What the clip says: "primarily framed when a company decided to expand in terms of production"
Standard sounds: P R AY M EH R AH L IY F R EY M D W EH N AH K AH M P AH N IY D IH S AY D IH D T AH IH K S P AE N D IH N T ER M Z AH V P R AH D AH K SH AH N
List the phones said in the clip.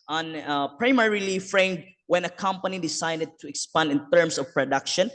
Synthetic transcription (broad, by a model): P R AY M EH R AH L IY F R EY M D W EH N AH K AH M P AH N IY D IH S AY D IH D T AH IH K S P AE N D IH N T ER M S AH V P R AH D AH K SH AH N